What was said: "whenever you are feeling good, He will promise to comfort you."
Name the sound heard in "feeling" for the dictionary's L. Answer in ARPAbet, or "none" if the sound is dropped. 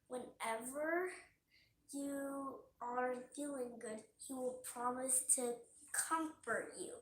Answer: none